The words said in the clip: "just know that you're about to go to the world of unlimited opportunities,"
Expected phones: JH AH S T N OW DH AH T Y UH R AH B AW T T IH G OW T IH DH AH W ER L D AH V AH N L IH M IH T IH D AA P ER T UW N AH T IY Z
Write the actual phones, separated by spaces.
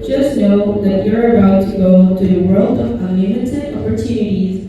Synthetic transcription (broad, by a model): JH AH S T N OW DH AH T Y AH R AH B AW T T IH G OW T IH DH AH W ER L D AH V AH L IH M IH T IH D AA P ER T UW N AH T IY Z